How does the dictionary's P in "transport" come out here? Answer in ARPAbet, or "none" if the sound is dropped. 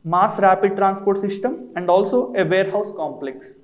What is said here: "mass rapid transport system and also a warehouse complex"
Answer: P